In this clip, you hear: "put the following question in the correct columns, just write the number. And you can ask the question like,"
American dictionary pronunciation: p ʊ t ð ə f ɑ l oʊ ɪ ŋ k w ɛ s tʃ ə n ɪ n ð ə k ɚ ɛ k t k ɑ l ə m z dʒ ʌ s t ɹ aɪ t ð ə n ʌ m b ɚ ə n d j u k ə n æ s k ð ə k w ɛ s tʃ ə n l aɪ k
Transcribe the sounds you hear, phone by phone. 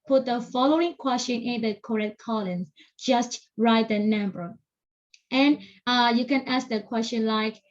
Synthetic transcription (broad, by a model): p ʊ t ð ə f ɑ l oʊ ɪ ŋ k w ɛ s tʃ ə n ɪ n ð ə k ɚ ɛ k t k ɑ l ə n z dʒ ʌ s t ɹ aɪ t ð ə n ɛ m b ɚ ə n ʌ j u k ə n æ s k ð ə k w ɛ s tʃ ə n l aɪ k